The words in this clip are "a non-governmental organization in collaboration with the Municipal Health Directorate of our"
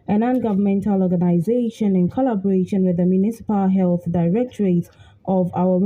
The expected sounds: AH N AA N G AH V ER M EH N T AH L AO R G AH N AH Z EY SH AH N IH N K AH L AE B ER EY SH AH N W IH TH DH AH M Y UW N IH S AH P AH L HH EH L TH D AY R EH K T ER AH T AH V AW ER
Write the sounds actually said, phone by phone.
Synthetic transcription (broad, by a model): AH N AA N G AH V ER M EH N T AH L AO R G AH N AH Z EY SH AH N IH N K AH L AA B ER EY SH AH N W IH DH AH M Y UW N IH S AH P AH L HH EH L TH D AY R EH K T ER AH T AH V AW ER